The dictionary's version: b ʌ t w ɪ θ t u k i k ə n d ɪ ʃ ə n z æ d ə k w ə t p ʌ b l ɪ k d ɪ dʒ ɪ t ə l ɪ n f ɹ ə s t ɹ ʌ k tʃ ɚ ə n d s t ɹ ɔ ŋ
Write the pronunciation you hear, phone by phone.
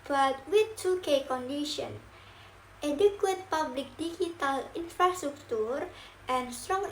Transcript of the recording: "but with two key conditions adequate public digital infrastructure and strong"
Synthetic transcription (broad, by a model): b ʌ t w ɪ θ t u k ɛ k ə n d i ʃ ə n ɛ d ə k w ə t p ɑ b l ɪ k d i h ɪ t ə l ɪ n f ɹ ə s t ɹ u k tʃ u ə n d s t ɹ ɔ ŋ